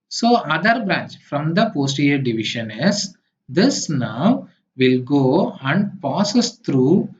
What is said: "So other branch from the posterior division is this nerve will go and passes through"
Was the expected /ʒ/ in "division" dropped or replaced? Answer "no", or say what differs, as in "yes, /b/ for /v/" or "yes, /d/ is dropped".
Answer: yes, /ʃ/ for /ʒ/